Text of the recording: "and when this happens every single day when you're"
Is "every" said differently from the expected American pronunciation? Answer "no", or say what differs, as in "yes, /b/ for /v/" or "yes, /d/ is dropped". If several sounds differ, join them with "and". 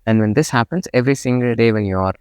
no